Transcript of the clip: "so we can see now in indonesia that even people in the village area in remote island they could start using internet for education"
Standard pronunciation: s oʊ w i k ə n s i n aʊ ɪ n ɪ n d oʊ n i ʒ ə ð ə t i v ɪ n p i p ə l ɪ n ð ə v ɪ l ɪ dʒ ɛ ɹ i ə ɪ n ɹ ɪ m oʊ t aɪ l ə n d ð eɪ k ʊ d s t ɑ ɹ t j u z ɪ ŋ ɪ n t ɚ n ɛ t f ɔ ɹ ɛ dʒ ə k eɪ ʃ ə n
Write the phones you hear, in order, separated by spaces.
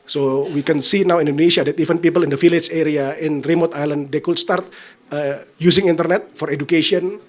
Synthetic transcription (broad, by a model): s oʊ w i k ə n s i n aʊ ɪ n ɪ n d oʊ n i ʃ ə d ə t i f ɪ n p i p ə l ɪ n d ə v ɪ l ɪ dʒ ɛ ɹ i ə ɪ n ɹ ɪ m oʊ t aɪ l ə n d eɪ k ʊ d s t ɑ ɹ t j u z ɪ ŋ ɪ n t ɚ n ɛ t f ɔ ɹ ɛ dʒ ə k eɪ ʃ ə n